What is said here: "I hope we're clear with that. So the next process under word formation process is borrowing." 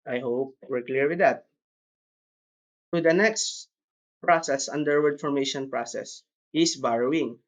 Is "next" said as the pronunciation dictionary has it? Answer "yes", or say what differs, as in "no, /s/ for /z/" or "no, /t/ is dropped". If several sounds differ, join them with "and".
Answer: yes